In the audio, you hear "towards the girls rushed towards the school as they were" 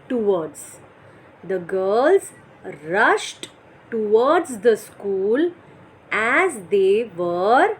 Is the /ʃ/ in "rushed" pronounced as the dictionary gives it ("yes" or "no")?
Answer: yes